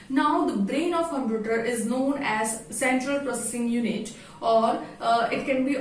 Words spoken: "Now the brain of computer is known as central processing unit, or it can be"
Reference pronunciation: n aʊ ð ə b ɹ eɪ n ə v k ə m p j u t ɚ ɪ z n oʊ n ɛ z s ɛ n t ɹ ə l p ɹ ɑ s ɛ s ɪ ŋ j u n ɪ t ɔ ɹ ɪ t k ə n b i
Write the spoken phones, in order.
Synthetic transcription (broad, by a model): n aʊ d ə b ɹ eɪ n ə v k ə m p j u t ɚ ɪ z n oʊ n ɛ z s ɛ n t ɹ ə l p ɹ ɑ s ɛ s ɪ ŋ j u n ɪ t ɔ ɹ ɪ t k ə n b i